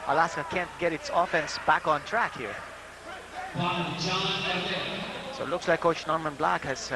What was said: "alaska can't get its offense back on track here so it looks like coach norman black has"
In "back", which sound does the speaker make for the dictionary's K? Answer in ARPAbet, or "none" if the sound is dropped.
K